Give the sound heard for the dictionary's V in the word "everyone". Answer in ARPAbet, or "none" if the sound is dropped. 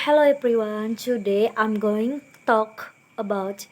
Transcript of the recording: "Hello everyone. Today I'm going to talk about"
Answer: B